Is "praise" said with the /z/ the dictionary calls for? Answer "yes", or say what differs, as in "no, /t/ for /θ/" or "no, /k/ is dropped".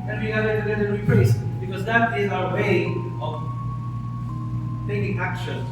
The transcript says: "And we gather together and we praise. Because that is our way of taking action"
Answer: no, /s/ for /z/